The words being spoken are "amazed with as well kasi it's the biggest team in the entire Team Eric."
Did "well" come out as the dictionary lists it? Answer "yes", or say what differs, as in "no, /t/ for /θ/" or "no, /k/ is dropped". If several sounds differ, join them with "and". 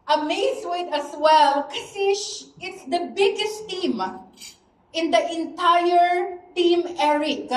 yes